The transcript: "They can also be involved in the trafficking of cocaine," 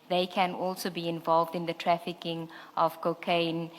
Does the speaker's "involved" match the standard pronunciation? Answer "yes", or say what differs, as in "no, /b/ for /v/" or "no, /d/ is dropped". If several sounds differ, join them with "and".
yes